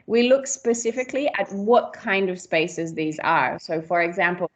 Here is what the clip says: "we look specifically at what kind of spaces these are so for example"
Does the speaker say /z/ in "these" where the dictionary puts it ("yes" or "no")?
yes